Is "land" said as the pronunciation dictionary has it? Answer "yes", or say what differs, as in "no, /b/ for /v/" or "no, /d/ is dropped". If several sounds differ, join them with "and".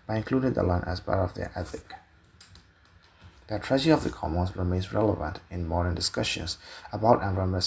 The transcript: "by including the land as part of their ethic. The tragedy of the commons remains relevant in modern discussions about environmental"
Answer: no, /d/ is dropped